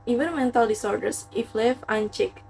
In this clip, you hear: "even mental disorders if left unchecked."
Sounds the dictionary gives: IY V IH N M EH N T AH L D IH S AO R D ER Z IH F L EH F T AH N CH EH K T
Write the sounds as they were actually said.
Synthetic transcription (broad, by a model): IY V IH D M EH N T AH L D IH S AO R D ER S IH F L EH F AH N CH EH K